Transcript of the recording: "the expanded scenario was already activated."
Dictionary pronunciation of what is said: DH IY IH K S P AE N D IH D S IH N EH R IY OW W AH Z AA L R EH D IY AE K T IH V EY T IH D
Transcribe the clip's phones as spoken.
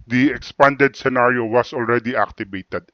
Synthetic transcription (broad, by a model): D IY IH K S P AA N D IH D S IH N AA R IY OW W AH S AA L R EH D IY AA K T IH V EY T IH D